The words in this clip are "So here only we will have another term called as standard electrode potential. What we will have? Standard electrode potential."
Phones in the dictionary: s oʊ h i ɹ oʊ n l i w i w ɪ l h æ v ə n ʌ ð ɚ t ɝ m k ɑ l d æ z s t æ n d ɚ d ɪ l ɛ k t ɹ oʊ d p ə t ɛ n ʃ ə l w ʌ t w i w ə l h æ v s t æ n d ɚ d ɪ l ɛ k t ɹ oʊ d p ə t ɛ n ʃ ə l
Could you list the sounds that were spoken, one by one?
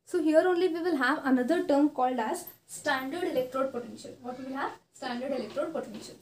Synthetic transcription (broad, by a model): s oʊ h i ɹ oʊ n l i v i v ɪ l h æ v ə n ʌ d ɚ t ɝ m k ɑ l d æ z s t æ n d ɚ d ɪ l ɛ k t ɹ oʊ d p ə t ɛ n ʃ ə l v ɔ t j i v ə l h æ v s t æ n d ɚ d ɪ l ɛ k t ɹ oʊ d p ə t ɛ n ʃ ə l